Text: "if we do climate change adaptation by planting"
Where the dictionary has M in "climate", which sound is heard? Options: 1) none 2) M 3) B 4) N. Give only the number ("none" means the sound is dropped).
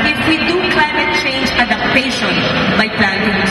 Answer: 2